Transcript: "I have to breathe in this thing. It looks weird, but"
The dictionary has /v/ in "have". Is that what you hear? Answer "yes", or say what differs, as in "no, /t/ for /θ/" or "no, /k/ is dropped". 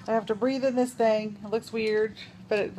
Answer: no, /f/ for /v/